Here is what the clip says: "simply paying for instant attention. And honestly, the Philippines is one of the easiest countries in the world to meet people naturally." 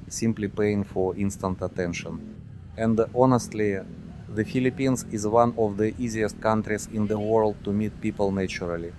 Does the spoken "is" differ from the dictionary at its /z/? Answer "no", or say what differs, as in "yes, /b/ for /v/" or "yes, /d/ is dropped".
no